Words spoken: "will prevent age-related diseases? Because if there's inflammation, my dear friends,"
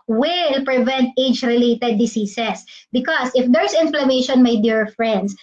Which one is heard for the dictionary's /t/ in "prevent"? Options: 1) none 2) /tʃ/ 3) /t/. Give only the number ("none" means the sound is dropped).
3